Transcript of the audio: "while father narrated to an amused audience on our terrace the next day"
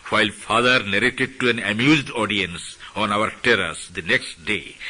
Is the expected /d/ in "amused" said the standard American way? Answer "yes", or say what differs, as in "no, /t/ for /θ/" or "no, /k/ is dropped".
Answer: yes